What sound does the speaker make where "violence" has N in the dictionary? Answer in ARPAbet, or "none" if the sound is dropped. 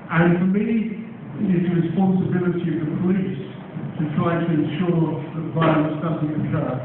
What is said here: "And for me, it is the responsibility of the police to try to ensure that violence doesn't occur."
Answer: none